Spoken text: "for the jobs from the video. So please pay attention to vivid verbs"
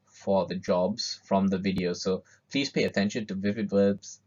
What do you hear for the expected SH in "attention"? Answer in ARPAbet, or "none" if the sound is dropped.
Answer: SH